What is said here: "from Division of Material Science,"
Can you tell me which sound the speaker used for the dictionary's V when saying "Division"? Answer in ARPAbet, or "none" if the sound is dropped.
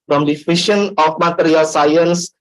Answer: F